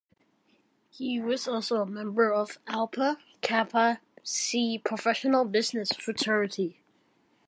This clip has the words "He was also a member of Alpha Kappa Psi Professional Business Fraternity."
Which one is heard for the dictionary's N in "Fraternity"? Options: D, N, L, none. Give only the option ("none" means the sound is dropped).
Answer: none